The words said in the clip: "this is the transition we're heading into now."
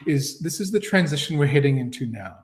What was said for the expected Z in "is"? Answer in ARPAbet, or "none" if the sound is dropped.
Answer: Z